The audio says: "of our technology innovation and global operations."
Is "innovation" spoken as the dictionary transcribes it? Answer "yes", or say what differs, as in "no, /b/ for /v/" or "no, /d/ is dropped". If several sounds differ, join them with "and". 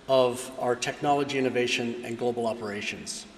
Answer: yes